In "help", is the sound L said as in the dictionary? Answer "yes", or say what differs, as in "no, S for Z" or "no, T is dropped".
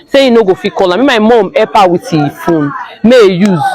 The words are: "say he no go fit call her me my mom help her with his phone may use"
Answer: no, L is dropped